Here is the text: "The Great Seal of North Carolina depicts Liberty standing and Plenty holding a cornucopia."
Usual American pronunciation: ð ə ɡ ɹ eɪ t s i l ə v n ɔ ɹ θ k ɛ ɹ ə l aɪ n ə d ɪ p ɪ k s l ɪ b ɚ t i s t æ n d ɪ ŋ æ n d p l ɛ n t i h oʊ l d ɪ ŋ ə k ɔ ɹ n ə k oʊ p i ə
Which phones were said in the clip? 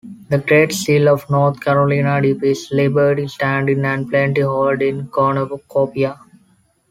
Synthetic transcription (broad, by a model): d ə ɡ ɹ eɪ t s i l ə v n ɔ ɹ t k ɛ ɹ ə l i n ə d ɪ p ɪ s l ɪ b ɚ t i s t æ n d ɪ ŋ æ n d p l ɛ n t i h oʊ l d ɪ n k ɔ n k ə k oʊ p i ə